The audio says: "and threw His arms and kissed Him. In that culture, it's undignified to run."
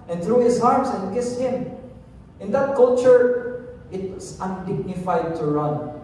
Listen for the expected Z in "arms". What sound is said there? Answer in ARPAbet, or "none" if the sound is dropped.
S